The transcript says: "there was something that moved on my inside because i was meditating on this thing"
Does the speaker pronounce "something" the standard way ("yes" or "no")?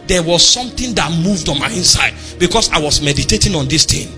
no